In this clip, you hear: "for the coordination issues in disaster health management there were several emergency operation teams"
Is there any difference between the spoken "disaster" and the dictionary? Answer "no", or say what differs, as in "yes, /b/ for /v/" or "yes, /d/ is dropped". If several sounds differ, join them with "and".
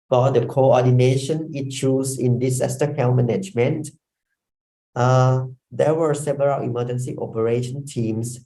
yes, /s/ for /z/